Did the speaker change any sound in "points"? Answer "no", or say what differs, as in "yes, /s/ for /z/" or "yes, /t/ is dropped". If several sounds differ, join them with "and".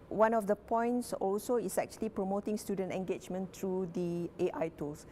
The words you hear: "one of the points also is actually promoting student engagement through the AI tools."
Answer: no